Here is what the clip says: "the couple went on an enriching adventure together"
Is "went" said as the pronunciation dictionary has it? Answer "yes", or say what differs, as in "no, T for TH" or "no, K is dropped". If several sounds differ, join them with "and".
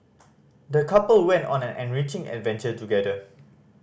yes